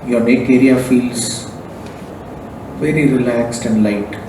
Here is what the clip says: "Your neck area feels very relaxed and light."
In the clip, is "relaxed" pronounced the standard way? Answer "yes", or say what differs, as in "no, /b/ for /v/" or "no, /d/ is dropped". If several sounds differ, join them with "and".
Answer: yes